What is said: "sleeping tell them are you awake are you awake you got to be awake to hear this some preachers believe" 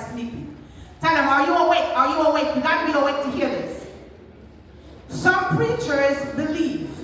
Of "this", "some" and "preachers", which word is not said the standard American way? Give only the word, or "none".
none